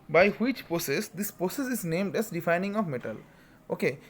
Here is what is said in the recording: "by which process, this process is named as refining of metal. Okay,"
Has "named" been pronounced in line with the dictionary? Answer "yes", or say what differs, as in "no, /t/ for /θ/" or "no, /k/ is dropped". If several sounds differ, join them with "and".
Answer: yes